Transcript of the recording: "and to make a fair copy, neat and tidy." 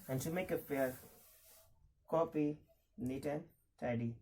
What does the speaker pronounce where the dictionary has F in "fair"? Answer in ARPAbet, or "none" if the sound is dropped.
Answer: P